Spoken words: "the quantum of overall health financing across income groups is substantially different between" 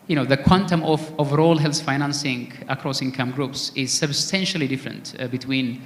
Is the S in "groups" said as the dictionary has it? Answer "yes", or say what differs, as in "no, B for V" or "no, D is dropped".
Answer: yes